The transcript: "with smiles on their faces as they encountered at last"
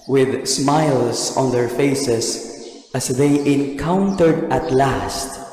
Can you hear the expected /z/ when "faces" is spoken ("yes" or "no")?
no